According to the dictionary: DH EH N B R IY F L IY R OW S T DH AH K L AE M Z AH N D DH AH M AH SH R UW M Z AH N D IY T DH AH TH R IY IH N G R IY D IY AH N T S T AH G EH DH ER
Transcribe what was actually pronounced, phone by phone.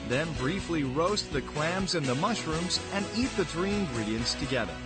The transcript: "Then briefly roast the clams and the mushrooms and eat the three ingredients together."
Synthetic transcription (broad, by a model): DH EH N B R IY F L IY R OW S T DH AH K L AE M Z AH N DH AH M AH SH R UW M Z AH N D IY T DH AH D R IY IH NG G R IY D IY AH N T S T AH G EH DH ER